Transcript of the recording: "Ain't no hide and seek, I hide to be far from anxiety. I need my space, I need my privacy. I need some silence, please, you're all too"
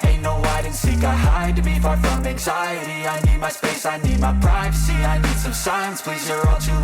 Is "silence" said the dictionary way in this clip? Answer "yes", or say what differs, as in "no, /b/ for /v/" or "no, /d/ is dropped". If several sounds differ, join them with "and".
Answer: no, /l/ is dropped